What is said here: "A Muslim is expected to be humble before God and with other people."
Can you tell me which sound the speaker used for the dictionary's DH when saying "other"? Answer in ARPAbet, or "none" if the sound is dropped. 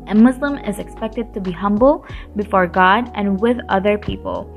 DH